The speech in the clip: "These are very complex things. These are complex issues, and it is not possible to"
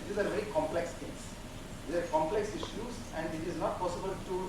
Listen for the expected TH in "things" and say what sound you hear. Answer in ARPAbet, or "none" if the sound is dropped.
T